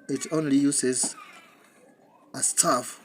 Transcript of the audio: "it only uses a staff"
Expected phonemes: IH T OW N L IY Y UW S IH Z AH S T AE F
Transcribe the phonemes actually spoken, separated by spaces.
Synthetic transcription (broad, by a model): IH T OW N L IY Y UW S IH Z AH S T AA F